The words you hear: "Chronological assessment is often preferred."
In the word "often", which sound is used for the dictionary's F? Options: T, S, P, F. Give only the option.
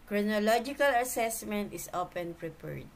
P